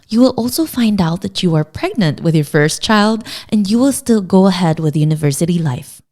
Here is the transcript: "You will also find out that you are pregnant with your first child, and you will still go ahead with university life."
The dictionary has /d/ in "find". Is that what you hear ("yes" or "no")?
yes